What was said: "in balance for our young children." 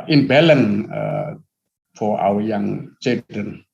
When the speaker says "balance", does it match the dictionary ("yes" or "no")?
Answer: no